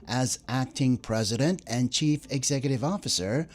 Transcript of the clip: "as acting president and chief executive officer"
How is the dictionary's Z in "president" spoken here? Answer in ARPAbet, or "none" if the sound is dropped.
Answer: Z